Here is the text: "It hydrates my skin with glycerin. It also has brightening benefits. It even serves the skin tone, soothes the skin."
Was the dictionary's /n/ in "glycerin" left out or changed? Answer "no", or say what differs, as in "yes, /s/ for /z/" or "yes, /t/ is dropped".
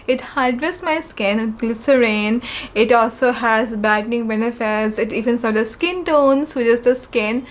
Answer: no